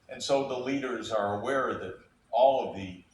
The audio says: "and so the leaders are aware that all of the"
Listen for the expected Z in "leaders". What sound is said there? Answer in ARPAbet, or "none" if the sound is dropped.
Z